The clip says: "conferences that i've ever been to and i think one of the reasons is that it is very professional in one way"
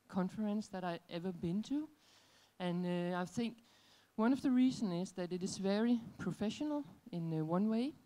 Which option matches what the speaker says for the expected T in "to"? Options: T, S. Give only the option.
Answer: T